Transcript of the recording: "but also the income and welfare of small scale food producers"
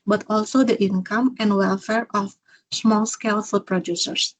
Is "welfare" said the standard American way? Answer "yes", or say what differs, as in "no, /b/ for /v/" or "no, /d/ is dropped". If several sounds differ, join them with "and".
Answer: yes